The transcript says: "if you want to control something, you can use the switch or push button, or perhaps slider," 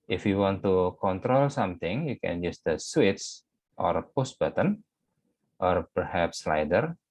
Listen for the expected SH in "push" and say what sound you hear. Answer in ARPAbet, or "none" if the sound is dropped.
S